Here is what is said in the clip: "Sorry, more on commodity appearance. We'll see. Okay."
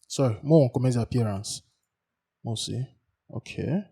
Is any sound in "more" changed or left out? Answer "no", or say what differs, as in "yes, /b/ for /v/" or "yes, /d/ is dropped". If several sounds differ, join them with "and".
yes, /w/ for /ɹ/